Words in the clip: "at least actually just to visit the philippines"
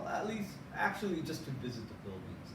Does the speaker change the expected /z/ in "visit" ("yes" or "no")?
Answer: no